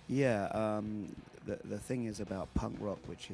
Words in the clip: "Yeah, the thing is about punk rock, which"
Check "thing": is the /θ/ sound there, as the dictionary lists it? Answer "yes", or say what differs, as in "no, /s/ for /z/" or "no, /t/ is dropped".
yes